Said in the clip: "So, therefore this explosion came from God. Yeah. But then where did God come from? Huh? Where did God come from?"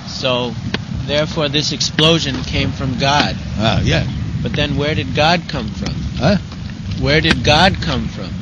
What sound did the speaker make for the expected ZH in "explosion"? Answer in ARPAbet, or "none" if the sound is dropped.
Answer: ZH